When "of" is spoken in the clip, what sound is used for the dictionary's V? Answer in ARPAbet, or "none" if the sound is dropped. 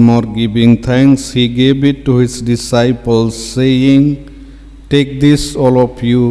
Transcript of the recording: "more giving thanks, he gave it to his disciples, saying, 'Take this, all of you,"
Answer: P